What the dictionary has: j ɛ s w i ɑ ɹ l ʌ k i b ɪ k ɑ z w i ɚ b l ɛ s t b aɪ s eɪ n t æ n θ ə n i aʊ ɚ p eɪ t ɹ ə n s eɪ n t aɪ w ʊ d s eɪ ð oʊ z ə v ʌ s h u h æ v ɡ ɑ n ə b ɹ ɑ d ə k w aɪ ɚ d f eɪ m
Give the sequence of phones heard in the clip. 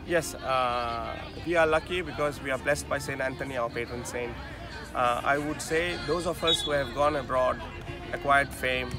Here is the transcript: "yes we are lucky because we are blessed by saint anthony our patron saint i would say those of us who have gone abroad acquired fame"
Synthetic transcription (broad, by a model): j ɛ s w i ɑ ɹ l ʌ k i b ɪ k ɑ z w i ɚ b l ɛ s t b aɪ s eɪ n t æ n t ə n i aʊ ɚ p eɪ t ɹ ə n s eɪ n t aɪ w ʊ d s eɪ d oʊ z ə f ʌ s h u h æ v ɡ ɑ n ə b ɹ ɑ d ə k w aɪ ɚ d f eɪ m